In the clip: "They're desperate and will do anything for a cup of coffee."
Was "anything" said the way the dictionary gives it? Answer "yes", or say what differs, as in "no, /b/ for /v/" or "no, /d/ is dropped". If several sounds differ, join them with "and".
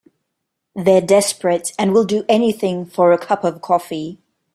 yes